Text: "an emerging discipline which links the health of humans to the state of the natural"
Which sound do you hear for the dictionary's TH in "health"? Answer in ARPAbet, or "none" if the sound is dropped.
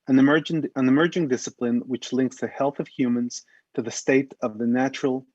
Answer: TH